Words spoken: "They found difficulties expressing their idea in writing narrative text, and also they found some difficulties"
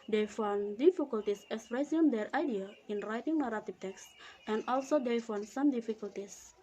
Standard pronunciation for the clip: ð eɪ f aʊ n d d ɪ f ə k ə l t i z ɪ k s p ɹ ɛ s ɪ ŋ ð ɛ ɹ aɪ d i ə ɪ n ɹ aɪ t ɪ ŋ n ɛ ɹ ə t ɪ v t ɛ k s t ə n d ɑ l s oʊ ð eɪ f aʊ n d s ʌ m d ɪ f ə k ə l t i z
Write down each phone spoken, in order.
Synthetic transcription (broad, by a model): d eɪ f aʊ n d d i f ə k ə l t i s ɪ s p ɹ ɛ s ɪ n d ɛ ɹ aɪ d i ə ɪ n ɹ aɪ t ɪ ŋ n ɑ ɹ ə t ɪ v t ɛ k s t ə n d ɑ l s oʊ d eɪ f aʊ n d s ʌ m d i f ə k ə l t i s